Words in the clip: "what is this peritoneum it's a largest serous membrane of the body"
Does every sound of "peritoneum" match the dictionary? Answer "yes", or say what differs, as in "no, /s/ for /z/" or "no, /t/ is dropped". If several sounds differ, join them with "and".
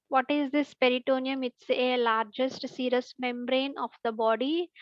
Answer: yes